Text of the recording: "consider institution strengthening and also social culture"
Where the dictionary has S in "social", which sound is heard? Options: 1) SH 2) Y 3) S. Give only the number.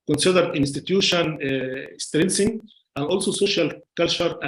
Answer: 3